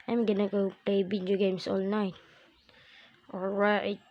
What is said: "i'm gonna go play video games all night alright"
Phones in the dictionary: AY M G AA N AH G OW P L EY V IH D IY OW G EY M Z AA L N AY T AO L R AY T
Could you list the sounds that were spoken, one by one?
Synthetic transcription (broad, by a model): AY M G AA N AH G OW P L EY B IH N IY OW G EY M S AA L N AY T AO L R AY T